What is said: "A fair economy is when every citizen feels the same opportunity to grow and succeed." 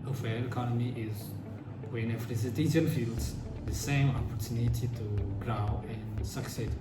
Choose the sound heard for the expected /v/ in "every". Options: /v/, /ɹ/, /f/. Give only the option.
/f/